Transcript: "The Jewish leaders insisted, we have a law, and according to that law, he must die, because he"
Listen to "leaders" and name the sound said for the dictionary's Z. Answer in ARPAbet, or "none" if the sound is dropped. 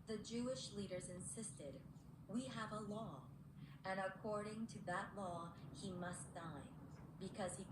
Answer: Z